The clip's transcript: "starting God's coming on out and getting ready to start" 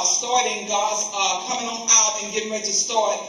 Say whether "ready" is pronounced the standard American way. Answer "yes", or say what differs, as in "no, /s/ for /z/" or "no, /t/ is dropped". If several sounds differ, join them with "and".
no, /w/ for /ɹ/